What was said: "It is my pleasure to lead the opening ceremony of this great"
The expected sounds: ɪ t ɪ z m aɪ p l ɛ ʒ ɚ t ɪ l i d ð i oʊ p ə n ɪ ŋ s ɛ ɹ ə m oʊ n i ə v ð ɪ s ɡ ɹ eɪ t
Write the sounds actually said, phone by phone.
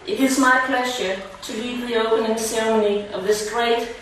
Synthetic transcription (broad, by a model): ɪ t ɪ z m aɪ p l ɛ ʒ ɚ t ɪ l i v ð i oʊ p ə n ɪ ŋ s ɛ ɹ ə m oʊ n i ə v ð ɪ s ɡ ɹ eɪ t